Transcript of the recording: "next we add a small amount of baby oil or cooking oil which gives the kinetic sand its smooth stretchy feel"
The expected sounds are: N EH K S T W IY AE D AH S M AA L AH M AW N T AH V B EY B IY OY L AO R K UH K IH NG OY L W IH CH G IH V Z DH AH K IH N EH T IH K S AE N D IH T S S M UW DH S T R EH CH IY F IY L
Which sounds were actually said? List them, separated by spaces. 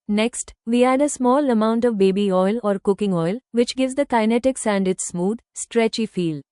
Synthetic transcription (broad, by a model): N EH K S T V IY AE D AH S M AA L AH M AW N T AH V B EY B IY OY L AO R K UH K IH NG OY L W IH CH G IH V Z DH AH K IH N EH T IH K S AE N D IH T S S M UW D S T R EH CH IY F IY L